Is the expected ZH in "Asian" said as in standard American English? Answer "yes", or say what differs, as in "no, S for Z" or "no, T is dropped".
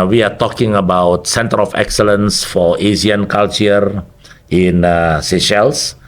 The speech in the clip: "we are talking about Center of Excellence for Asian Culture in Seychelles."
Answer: no, Z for ZH